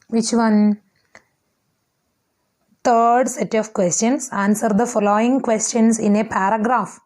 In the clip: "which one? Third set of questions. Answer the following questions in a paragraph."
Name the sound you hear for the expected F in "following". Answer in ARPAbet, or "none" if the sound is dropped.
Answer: F